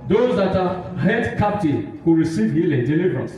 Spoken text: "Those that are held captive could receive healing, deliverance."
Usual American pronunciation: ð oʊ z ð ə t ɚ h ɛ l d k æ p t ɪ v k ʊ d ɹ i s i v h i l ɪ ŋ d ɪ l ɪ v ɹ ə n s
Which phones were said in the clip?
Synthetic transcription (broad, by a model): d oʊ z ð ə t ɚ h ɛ d k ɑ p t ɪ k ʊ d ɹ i s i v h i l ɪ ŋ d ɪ l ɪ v ɹ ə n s